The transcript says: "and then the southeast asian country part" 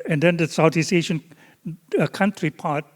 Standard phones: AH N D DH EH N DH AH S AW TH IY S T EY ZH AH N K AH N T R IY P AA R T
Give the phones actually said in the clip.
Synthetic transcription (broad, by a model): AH N D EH N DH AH S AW T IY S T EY SH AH N K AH N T R IY P AA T